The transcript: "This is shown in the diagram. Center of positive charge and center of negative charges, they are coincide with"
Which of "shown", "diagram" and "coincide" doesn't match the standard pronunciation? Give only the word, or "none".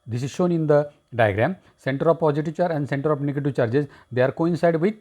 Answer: none